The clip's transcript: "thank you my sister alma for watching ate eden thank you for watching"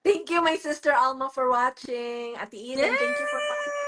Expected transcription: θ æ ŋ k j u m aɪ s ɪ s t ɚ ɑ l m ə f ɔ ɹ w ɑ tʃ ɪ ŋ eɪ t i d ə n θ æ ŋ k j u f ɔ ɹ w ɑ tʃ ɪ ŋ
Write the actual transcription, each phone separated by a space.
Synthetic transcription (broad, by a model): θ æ ŋ k j u m aɪ s ɪ s t ɚ ɑ l m ə f ɔ ɹ w ɑ tʃ ɪ ŋ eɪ t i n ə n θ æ ŋ k j u f ɔ ɹ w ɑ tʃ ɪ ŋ